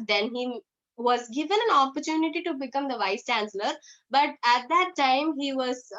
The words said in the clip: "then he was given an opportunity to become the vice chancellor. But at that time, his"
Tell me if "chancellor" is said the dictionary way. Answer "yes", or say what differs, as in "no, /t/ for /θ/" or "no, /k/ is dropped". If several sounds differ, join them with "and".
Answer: yes